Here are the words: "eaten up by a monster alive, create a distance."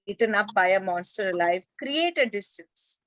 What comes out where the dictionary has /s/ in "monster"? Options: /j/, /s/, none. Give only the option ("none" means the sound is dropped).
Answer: /s/